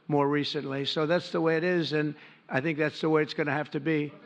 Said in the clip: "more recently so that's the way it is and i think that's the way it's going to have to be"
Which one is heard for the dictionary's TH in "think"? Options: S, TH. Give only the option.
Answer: TH